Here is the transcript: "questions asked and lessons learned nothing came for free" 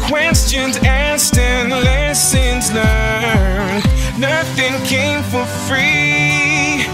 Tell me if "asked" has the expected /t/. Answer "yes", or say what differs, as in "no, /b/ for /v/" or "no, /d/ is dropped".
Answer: yes